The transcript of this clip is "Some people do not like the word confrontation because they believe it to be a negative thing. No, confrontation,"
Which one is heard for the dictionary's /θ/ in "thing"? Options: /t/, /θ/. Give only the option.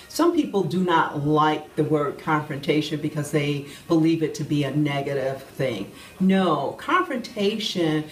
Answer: /θ/